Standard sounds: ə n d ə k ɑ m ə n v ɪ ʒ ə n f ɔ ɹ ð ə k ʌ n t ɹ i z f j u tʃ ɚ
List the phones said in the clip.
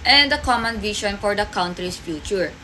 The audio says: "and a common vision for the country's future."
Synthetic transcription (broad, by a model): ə n d ə k ɑ m ə n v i ʃ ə n f ɔ ɹ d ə k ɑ n t ɹ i s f j u tʃ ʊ